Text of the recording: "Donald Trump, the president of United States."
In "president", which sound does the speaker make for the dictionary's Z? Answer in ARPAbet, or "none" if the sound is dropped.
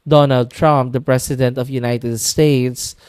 S